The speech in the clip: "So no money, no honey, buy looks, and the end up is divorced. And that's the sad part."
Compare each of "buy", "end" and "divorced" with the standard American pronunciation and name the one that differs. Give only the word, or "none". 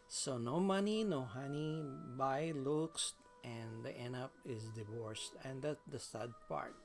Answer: end